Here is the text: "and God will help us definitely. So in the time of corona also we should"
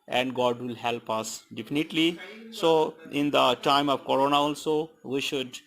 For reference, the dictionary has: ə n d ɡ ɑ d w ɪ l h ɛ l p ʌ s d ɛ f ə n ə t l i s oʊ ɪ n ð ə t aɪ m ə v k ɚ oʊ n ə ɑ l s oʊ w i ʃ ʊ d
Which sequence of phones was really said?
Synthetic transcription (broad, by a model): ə n d ɡ ɑ d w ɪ l h ɛ l p ʌ s d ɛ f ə n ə t l i s oʊ ɪ n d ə t aɪ m ə v k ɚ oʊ n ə ɑ l s oʊ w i ʃ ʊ d